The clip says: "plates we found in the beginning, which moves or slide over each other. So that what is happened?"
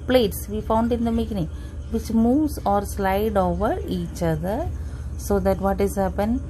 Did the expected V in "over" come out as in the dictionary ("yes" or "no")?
yes